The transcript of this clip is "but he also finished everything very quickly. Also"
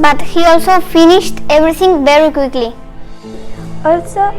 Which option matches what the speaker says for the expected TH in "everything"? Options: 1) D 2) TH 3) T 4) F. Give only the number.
3